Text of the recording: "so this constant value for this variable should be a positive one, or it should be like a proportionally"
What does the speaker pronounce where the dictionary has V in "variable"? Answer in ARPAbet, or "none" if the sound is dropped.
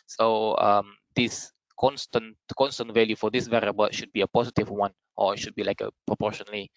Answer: V